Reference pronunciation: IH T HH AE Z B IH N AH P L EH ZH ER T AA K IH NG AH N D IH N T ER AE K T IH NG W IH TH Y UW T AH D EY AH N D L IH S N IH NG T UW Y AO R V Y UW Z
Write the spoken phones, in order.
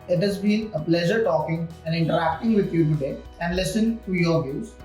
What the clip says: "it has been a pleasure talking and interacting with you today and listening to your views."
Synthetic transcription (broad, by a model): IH T HH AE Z B IH N AH P L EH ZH ER T AA K IH NG AH N D IH N T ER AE K T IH NG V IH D Y UW T AH D EY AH N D L IH S IH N T UW Y AO R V Y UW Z